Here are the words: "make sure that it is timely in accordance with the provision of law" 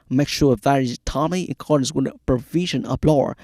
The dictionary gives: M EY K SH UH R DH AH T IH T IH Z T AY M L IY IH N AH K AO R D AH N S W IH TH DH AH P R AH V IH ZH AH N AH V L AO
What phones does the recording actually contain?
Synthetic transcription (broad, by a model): M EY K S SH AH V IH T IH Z T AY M IY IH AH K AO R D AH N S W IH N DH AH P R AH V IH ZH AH N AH B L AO